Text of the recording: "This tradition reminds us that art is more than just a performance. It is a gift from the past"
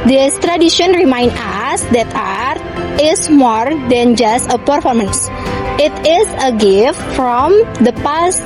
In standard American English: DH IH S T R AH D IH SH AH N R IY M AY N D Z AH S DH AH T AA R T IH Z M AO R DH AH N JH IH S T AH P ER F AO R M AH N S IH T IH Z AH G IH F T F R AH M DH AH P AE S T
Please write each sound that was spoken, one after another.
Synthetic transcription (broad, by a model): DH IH S T R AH D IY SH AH N R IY M AY N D AH S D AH T AA R T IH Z M AO R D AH N JH IH S T AH P ER F AO R M AH N S IH T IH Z AH G IH F T F R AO M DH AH P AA S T